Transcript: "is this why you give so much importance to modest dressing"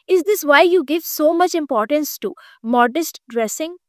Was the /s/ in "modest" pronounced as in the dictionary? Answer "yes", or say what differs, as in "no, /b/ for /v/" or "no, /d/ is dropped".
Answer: yes